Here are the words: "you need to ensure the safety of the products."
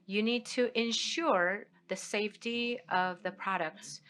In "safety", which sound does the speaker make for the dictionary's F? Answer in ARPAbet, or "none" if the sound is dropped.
F